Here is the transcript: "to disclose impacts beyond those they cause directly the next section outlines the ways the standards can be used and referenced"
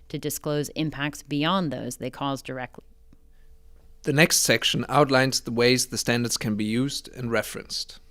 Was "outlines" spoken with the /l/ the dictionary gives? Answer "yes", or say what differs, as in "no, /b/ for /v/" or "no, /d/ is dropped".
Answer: yes